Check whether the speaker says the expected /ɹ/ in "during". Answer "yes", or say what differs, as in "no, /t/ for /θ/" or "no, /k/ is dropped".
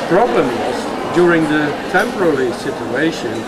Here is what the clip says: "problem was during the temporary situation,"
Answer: yes